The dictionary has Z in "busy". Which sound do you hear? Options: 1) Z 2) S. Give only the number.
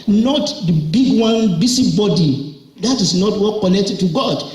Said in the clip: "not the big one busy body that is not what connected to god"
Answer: 2